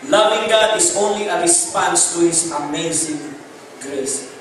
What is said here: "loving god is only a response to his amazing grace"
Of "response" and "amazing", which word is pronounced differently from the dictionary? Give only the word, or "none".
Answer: none